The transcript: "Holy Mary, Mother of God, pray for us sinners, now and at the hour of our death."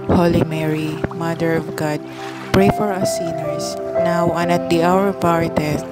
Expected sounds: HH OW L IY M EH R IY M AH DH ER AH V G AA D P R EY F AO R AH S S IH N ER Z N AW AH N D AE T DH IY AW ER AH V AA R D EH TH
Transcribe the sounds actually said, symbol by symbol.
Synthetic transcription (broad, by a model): HH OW L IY M EH R IY M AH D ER AH V G AA D P R EY F AO R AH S S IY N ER S N AW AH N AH T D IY AW ER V AA R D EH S